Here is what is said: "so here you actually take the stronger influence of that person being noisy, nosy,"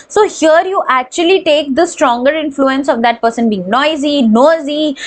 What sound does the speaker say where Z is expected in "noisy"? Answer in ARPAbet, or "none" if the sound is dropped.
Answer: Z